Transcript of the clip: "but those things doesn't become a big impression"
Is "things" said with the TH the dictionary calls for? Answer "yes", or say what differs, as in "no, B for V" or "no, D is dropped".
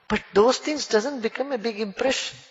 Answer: no, T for TH